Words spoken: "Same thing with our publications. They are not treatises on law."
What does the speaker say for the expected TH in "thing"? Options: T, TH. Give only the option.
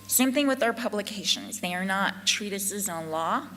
TH